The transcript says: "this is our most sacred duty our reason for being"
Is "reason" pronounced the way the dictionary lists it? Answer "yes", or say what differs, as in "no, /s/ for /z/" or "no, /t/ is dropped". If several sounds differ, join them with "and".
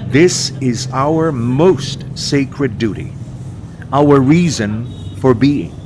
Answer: yes